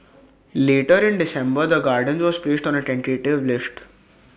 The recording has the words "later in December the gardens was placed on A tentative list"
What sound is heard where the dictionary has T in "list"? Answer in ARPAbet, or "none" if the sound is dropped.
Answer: T